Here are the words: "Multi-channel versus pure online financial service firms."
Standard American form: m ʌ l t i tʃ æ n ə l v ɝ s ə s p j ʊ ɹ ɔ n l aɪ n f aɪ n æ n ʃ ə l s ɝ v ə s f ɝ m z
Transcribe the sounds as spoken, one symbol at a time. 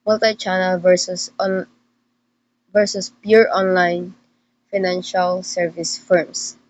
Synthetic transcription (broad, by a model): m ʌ l t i tʃ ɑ n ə l v ɝ s ə s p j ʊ ɹ ɔ n l aɪ n f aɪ n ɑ n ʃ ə l s ɝ v ə s f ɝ m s